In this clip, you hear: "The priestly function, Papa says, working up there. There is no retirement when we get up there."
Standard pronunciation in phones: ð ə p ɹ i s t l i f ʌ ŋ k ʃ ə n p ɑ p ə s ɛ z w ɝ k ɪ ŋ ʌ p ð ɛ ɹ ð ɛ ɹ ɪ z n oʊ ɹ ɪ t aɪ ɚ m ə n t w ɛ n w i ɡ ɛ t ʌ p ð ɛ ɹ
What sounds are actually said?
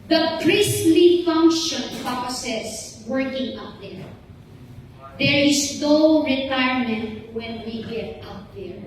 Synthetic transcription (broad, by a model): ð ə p ɹ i s l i f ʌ ŋ k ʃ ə n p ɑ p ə s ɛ s w ɝ k ɪ ŋ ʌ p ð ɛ ɹ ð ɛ ɹ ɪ s n oʊ ɹ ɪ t aɪ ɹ m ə n t w ɛ n w i ɡ ɛ t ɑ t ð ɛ ɹ